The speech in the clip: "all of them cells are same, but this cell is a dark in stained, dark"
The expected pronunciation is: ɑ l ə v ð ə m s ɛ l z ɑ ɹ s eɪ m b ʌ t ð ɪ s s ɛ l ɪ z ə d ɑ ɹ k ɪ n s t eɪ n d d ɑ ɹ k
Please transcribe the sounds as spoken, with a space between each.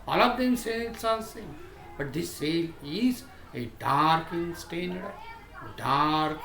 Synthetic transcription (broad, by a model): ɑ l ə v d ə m s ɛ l s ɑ l s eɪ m b ʌ t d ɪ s s ɛ l ɪ z ə d ɑ ɹ k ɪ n s t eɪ n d d ɑ ɹ k